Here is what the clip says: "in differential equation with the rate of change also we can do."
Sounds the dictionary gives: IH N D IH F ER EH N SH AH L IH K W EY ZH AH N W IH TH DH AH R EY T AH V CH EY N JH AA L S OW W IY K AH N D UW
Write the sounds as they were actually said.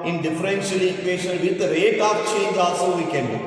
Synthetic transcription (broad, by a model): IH N D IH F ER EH N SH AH L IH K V EY SH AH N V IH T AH R EY T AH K CH EY N JH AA S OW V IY K AH N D